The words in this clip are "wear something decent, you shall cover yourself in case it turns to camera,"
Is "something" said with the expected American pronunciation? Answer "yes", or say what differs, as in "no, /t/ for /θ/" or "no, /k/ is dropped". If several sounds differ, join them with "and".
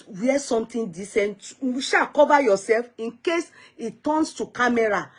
no, /t/ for /θ/